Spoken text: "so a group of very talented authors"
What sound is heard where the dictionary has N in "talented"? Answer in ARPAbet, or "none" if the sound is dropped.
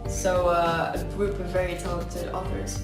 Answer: none